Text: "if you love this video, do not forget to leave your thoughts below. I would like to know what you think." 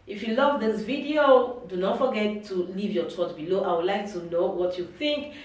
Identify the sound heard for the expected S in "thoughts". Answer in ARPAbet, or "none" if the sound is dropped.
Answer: none